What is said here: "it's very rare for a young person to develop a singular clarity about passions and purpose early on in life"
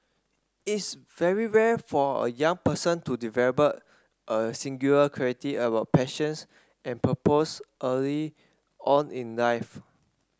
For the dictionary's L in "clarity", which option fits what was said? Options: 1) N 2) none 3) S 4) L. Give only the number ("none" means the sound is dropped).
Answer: 2